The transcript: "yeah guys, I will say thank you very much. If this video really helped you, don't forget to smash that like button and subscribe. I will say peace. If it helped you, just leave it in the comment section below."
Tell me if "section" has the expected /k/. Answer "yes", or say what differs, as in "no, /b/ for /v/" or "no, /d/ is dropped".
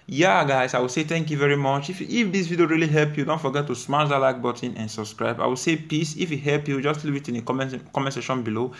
no, /k/ is dropped